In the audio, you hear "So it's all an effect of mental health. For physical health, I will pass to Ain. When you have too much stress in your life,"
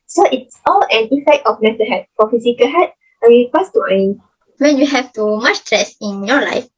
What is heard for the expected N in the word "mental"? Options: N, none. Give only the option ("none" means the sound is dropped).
none